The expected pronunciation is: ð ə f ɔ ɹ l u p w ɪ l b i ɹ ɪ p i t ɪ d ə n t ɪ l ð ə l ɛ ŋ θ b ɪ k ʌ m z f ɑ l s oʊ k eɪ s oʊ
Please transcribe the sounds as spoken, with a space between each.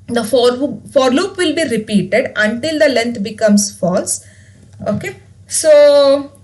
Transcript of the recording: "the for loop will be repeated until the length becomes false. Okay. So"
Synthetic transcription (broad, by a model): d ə f ɔ ɹ l u p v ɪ l b i ɹ ɪ p i t ɪ d ə n t ɪ l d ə l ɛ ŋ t b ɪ k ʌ m s f ɑ l s oʊ k eɪ s oʊ